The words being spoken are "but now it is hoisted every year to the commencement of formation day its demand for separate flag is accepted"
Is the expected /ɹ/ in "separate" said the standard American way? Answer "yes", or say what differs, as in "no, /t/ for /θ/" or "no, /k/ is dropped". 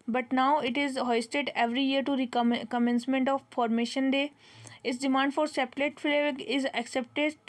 no, /l/ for /ɹ/